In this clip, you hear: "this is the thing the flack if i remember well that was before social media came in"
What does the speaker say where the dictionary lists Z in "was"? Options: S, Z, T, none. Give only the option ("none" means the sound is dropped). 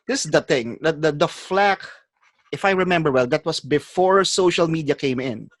S